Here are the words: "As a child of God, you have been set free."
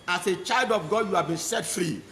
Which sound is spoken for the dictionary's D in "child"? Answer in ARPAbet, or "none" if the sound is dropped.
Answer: D